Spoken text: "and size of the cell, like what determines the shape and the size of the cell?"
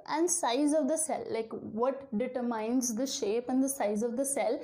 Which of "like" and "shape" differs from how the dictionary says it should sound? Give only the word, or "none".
none